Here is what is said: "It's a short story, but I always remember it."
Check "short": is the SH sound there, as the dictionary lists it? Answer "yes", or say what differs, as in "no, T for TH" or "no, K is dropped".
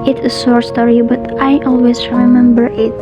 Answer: no, S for SH